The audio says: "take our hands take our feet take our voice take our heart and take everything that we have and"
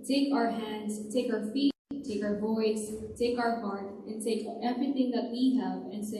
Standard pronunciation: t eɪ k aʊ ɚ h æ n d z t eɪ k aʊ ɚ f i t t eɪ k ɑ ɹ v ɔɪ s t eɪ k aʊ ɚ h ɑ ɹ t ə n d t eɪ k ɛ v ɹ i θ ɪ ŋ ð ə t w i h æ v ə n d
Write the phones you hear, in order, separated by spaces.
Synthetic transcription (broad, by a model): t eɪ k aʊ ɚ h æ n d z t eɪ k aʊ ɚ f i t t eɪ k ɑ ɹ v ɔɪ s t eɪ k aʊ ɚ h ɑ ɹ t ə n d t eɪ k ɛ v ɹ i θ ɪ ŋ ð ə t w i h æ v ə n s